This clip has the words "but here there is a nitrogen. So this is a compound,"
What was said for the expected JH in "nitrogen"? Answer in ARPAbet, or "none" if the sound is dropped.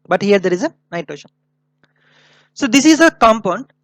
SH